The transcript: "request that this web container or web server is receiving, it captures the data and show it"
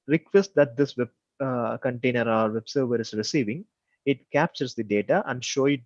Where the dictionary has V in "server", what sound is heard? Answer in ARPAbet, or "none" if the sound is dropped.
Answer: V